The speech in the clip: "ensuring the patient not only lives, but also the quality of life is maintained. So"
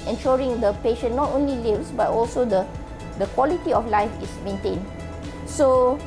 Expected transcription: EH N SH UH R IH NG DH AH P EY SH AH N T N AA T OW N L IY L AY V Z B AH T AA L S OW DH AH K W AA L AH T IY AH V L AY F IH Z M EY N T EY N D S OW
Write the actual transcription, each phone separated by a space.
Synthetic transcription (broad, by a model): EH N SH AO R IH NG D AH P EY SH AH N N AA T OW N L IY L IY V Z B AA T AA L S OW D AH K W AA L AH T IY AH F L AY F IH S M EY N T EY N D S OW